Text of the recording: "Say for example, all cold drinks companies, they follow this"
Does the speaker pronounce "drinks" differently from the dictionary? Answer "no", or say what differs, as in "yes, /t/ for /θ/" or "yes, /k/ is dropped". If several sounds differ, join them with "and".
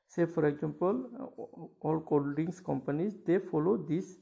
yes, /ɹ/ is dropped and /k/ is dropped